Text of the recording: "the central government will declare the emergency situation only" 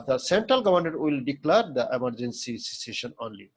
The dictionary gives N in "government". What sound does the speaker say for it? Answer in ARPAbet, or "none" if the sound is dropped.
none